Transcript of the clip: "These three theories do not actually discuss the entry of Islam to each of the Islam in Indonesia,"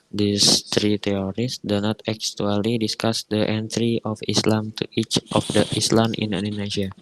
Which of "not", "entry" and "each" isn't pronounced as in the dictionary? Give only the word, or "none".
none